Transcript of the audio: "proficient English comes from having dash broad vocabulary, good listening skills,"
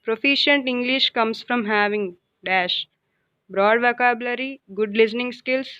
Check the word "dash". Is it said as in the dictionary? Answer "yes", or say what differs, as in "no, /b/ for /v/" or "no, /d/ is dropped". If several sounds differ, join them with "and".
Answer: yes